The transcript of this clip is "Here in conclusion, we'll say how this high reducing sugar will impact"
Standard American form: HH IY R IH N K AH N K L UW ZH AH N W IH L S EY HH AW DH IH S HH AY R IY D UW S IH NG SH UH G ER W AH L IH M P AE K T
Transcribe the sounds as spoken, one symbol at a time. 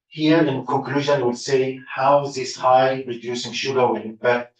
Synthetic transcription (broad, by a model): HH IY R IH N K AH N K L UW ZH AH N W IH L S EY HH AW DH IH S HH AY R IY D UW S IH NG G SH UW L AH W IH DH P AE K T